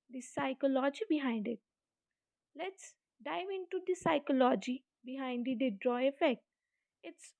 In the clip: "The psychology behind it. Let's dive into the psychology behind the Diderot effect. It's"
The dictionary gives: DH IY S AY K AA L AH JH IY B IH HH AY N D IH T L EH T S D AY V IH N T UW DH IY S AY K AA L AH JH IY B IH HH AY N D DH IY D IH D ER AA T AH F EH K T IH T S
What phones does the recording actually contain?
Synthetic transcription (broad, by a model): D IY S AY K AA L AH JH IY B IH HH AY N D IH T L EH T S D AY V IH N T UW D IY S AY K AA L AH JH IY B IH HH AY N D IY D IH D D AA AH F EH K T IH T S